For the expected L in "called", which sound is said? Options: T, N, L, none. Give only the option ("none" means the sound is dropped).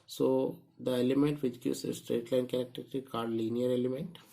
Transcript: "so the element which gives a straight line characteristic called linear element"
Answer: none